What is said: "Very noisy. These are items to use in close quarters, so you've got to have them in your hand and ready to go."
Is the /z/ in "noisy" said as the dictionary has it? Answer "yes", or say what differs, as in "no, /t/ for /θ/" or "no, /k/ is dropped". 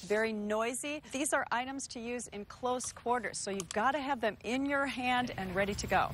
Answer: yes